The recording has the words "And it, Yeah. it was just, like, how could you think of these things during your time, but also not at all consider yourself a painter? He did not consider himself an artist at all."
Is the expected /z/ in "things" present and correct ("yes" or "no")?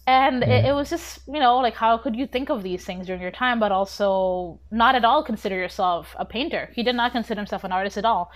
yes